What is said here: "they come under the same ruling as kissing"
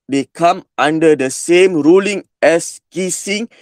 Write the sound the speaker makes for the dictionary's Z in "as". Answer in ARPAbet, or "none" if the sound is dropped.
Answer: S